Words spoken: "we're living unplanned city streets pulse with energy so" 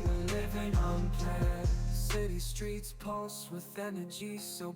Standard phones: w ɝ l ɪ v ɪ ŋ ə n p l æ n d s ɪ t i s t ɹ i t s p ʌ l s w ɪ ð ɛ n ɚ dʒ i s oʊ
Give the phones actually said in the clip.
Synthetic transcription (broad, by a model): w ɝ l ɪ v ɪ ŋ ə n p ɛ s ɪ t i s t ɹ i t s p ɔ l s w ɪ ð ɛ n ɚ dʒ i s oʊ